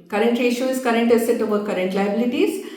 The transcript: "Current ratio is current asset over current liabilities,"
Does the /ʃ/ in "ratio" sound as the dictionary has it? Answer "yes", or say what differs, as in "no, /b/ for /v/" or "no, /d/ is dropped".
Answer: no, /ʃ/ is dropped